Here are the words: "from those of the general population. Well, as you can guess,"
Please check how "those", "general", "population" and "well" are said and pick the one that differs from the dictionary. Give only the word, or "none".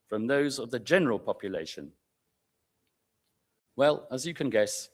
none